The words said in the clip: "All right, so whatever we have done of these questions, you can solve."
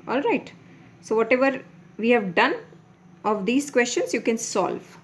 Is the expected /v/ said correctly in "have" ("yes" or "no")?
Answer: yes